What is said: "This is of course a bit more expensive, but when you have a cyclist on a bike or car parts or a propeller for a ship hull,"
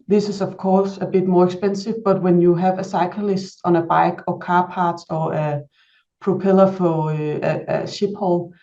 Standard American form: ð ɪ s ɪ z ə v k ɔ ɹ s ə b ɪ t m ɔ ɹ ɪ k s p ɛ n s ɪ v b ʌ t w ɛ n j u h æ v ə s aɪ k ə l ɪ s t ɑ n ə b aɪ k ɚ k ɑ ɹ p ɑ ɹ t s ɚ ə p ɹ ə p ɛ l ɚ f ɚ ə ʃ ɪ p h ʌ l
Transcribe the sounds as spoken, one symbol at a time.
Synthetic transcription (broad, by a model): ð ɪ s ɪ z ə v k ɔ s ə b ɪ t m ɔ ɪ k s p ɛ n s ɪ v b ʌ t w ɛ n j u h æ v ə s aɪ k ə l ɪ s t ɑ n ə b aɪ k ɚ k ɑ p ɑ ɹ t ɚ ə p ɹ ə p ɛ l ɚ f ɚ ə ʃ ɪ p h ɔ l